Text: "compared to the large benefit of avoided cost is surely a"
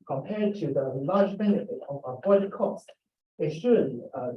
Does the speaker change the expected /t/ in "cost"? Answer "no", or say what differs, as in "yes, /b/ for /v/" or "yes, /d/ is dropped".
no